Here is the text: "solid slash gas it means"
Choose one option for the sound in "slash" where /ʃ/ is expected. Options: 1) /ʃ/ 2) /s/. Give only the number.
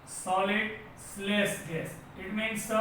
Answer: 2